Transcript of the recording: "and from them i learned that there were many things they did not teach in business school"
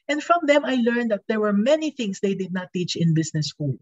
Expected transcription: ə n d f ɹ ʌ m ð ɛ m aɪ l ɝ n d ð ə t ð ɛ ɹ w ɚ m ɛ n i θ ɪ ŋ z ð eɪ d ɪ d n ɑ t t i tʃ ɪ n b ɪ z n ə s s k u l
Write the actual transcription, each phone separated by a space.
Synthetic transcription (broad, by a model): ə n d f ɹ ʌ m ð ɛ m aɪ l ɝ n d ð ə t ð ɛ ɹ w ɚ m ɛ n i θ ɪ ŋ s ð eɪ d ɪ d n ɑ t t i tʃ ɪ n b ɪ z n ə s s k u l